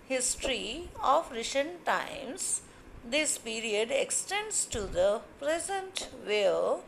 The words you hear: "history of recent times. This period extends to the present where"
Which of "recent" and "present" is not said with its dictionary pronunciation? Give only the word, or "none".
recent